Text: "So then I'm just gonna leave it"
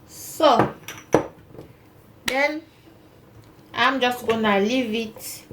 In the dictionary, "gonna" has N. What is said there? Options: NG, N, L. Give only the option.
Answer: N